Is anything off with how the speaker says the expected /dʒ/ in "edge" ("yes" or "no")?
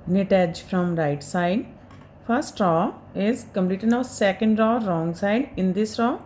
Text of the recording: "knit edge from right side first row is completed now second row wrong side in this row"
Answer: no